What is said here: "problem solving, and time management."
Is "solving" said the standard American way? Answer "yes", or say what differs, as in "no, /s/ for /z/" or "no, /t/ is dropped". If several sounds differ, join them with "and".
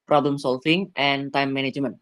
no, /f/ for /v/